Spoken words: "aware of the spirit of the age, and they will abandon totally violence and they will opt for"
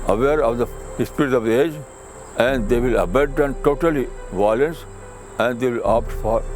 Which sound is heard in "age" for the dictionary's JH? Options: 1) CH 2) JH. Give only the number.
2